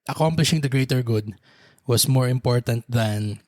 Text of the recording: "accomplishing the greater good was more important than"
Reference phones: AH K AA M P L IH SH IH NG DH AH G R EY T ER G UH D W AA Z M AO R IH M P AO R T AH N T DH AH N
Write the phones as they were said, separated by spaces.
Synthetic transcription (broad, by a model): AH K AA M P L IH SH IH NG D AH G R EY T ER G UH D W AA S M AO R IH M P AO R T AH N T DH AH N